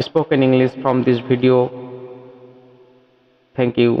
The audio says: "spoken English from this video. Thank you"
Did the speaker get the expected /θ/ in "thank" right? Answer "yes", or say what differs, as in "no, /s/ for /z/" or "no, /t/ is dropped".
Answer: no, /t/ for /θ/